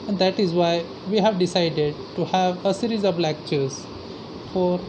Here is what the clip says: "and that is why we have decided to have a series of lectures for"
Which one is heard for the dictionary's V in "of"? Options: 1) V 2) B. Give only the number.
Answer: 2